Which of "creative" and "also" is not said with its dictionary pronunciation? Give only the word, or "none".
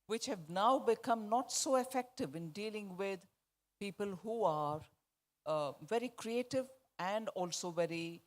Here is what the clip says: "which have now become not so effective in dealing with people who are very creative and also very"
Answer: none